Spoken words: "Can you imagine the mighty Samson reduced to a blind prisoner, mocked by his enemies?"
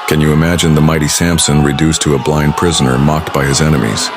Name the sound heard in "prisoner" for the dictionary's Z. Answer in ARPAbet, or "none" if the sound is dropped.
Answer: Z